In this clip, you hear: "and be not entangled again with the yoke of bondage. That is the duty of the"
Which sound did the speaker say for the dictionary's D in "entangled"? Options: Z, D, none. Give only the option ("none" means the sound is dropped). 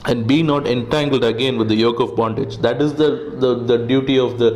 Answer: D